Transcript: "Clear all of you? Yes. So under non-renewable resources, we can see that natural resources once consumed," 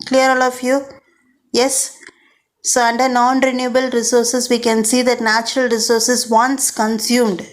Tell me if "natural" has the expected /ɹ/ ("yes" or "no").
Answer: yes